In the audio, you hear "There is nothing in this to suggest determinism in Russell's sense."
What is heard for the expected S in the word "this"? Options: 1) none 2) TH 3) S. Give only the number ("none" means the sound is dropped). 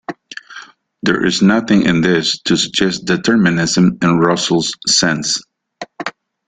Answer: 3